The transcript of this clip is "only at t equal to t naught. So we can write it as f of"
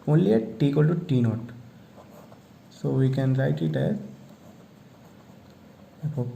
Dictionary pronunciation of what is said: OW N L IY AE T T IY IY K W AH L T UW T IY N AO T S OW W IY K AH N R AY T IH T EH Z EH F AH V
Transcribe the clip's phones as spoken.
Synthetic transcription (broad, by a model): OW N L IY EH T T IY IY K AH L T UW T IY N AO T S OW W IY K AH N R AY T IH T EH Z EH P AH